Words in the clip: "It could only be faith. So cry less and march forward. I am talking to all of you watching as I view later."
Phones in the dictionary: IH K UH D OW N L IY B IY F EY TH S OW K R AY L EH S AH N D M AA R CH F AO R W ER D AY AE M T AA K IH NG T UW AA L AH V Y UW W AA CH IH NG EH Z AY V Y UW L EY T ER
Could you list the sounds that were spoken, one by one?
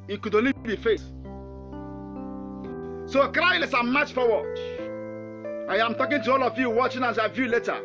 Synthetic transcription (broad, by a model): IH K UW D OW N L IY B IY F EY S S OW K R AY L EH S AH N M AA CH F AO W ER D AY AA M T AA K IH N T UW AA L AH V Y UW W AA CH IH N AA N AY V Y UW L EY T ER